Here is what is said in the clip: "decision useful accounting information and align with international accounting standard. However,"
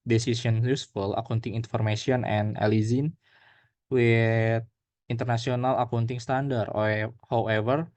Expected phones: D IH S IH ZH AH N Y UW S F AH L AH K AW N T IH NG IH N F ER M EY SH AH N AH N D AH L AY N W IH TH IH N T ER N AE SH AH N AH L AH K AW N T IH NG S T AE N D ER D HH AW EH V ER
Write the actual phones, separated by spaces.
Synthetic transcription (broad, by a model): D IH S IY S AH N Y UW S F AH L AH K AW N T IH NG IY N F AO M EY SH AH N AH N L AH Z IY N W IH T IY N T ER N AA S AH N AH L AH K AW N T IH NG S T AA N D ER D HH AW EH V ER